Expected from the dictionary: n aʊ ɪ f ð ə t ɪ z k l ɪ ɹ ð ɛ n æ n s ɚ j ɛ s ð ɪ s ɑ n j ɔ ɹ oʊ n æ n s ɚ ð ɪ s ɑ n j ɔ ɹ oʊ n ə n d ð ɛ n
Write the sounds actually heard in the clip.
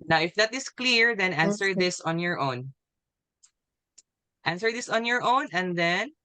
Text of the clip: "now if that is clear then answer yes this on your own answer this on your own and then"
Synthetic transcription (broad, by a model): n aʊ ɪ f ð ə t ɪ s k l ɪ ɹ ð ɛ n æ n s ɚ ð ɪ s ɑ n j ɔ ɹ oʊ n æ n s ɚ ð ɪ s ɑ n j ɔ ɹ oʊ n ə n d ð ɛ n